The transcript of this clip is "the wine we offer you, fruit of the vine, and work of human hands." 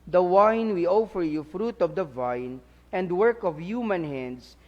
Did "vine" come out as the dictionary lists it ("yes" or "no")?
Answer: yes